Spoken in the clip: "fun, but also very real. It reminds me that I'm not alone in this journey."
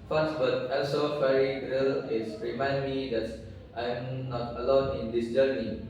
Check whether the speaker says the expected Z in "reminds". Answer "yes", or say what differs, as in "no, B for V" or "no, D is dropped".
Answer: no, Z is dropped